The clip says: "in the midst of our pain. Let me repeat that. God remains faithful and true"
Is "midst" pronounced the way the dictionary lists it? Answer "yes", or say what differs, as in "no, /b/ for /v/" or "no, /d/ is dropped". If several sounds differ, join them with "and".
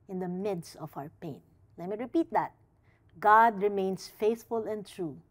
yes